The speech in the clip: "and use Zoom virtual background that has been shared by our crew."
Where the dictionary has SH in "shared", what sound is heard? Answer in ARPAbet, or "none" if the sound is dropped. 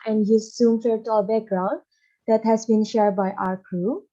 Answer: SH